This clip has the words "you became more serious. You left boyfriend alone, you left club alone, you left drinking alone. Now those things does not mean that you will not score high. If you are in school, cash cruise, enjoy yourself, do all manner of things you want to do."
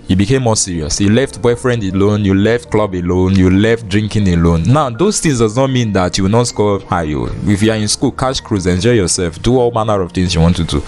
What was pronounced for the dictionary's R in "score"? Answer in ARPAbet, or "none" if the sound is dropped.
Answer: L